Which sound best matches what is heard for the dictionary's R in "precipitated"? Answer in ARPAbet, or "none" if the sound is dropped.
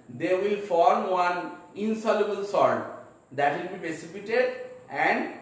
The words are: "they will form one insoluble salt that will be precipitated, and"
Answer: none